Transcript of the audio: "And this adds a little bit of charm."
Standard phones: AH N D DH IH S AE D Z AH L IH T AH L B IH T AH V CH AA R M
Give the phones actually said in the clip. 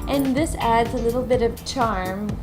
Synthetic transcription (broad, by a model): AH N DH IH S AE D Z AH L IH T L B IH T AH V CH AA R M